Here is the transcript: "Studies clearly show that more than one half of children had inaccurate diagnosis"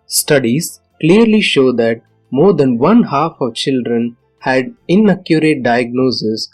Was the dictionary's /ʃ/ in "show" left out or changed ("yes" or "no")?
no